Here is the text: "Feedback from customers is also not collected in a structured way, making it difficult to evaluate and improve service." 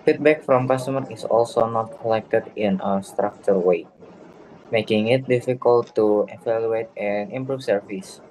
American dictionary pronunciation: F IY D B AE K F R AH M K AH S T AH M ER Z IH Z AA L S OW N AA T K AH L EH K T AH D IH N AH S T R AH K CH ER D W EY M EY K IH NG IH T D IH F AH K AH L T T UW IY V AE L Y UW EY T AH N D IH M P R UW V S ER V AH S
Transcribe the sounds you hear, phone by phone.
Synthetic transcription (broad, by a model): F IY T B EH K F R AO M K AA S T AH M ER IH S AA L S OW N AA T K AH L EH K T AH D IH N AH S T R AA K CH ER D W EY M EY K IH NG IH T D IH F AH K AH L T T UW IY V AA L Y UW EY T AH N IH M P R UW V S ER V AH S